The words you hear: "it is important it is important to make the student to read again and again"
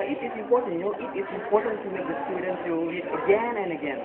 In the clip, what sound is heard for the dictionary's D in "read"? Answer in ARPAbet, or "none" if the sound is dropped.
none